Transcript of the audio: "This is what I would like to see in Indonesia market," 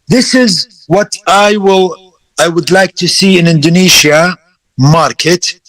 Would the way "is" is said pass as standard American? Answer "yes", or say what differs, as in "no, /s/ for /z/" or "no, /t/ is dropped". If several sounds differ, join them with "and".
yes